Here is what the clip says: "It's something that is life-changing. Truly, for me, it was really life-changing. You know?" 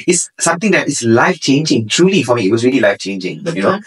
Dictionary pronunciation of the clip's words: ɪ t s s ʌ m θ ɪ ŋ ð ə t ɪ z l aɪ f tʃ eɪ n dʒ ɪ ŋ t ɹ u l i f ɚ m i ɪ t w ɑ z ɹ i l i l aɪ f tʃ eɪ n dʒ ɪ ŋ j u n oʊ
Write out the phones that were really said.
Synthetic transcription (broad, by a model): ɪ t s s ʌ m t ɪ ŋ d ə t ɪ s l aɪ f tʃ eɪ n dʒ ɪ ŋ t ɹ u l i f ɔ m i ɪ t w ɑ s ɹ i l i l aɪ f tʃ eɪ n dʒ ɪ ŋ j u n oʊ